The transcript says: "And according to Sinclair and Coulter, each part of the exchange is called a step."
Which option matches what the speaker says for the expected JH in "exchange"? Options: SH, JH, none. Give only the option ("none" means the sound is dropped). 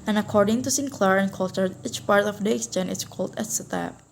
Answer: none